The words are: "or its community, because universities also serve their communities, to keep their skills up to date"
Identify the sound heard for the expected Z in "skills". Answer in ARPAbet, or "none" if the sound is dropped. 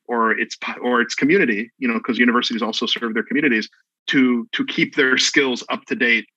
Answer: Z